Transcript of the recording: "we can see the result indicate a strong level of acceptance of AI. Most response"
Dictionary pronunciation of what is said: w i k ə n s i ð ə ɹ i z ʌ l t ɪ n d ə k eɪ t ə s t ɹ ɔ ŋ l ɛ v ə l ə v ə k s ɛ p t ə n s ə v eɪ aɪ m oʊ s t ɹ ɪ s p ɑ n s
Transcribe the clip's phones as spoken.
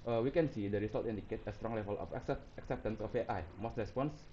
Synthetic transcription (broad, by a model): w i k ə n s i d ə ɹ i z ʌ l t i n d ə k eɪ t ə s t ɹ ɔ ŋ l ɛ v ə l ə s ə k s ɛ p t ə n s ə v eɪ aɪ m oʊ s t ɹ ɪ s p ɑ n s